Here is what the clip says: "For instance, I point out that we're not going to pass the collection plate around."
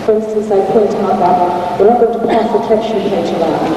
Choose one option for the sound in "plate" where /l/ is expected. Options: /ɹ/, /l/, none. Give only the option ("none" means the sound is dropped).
none